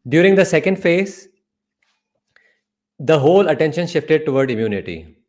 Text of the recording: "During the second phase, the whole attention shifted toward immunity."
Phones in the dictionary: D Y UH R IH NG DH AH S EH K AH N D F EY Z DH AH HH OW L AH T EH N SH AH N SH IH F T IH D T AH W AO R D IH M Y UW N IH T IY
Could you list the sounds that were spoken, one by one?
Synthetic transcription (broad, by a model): D Y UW R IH NG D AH S EH K AH N D F EY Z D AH HH OW L AH T EH N SH AH N SH IH F T IH D T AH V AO R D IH M Y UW N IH T IY